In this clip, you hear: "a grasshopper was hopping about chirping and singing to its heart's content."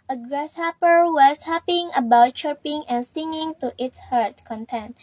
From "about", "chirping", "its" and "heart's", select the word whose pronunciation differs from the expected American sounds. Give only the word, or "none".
heart's